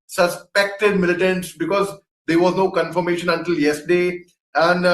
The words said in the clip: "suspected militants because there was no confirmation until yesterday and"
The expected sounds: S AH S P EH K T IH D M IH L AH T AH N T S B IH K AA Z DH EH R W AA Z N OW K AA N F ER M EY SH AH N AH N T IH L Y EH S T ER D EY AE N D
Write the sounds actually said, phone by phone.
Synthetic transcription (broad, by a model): S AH S P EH K T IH D M IH L AH T AH N T S B IH K AA Z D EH R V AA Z N OW K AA N F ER M EY SH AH N AH N T IH L Y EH S T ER D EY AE N D